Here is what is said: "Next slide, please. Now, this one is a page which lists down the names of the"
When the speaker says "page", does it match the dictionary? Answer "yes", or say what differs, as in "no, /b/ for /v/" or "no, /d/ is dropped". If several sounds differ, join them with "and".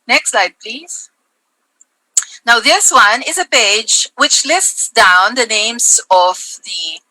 yes